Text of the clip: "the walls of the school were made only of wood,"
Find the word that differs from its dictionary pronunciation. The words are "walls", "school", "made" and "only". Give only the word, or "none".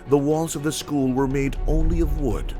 none